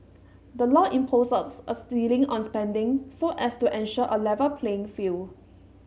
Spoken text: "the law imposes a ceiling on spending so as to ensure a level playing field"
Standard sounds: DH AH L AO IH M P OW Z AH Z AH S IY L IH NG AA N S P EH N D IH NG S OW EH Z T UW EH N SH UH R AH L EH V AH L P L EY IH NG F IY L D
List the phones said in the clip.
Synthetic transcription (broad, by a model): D AH L AO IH M P OW S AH S AH S IY L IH NG AA N S P EH N D IH NG S OW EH S T UW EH N SH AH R AH L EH V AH P L EY IH NG F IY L